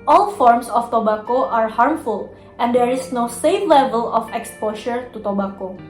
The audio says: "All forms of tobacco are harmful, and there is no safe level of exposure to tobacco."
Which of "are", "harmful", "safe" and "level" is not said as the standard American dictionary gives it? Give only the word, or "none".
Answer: none